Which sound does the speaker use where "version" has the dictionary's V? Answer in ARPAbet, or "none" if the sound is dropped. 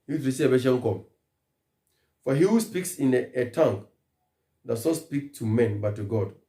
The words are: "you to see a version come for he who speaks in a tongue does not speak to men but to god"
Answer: B